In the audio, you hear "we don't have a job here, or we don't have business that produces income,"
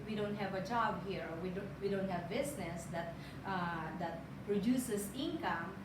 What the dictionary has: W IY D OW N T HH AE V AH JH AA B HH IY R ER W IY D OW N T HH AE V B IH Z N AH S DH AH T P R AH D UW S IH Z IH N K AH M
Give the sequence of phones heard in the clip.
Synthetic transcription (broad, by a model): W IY D OW N T HH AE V AH JH AA B HH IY R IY W IY D OW N T HH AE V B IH S N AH S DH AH T P R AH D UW S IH S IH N K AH M